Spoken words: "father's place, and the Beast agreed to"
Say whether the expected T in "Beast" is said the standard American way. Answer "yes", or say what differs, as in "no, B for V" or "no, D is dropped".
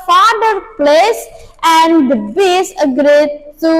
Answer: no, T is dropped